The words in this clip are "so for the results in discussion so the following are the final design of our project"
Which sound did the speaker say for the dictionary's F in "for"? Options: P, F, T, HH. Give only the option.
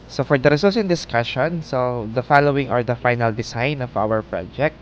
F